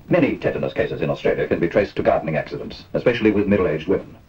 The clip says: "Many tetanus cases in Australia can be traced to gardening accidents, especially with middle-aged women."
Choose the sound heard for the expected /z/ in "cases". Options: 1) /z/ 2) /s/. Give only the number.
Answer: 1